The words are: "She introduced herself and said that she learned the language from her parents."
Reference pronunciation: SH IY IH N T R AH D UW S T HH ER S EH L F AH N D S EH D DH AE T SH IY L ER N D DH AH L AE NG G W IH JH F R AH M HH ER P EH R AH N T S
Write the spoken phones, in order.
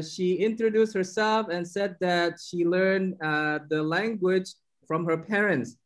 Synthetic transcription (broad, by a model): SH IY IH N T R AH D UW S T HH ER S EH L F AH N S EH D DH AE T SH IY L ER N DH AH L AE NG G W IH JH F R AH M HH ER P EH R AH N T S